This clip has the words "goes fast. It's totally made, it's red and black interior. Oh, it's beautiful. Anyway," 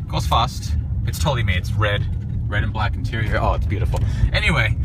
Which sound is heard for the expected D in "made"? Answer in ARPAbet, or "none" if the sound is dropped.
none